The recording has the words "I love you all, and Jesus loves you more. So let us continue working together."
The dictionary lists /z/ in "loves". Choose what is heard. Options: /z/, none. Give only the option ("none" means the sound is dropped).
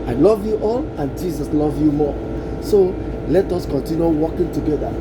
none